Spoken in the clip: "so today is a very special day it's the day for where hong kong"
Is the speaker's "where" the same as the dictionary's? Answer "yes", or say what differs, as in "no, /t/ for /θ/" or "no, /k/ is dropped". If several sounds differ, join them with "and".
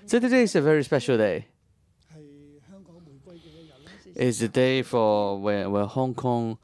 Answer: no, /w/ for /ɹ/